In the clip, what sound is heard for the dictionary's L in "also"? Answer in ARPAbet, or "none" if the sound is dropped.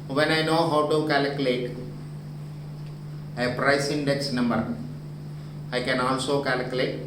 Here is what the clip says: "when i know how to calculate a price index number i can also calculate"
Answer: N